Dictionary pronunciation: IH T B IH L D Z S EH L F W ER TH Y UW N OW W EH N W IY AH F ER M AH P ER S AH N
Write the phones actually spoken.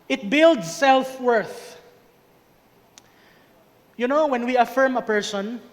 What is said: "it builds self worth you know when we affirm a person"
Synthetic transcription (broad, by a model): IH T B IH L D S EH L F W ER TH Y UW N OW W EH N W IY AH F ER M AH P ER S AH N